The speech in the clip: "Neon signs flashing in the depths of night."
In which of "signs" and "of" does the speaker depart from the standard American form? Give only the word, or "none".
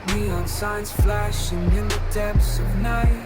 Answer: none